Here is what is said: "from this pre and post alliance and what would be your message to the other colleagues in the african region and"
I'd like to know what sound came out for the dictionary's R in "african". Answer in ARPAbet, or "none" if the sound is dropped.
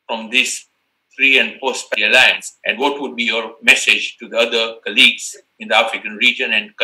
R